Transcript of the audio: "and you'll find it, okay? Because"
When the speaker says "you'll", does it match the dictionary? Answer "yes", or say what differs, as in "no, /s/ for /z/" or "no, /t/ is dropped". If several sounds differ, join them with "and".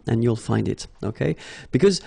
yes